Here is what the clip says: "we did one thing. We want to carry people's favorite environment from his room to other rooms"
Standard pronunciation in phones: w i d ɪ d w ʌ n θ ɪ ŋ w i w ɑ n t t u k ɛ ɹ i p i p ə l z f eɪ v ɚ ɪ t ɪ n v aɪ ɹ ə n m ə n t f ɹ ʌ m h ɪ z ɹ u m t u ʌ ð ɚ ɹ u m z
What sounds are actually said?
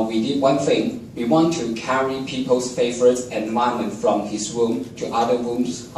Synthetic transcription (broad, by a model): w i d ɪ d w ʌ n θ ɪ ŋ w i w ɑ n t t u k ɛ ɹ i p i p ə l s f eɪ v ɚ ɪ t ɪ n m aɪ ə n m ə n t f ɹ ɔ m h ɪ s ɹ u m t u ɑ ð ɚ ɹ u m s